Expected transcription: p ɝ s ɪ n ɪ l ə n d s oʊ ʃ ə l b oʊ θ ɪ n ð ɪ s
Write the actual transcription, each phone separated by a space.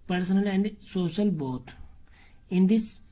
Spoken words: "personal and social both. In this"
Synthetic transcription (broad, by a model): p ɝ s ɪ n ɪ l ə n d s oʊ ʃ ə l b oʊ t ɪ n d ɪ s